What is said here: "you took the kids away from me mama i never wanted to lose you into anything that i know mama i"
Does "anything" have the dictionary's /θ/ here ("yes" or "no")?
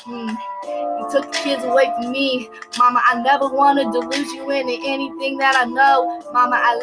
yes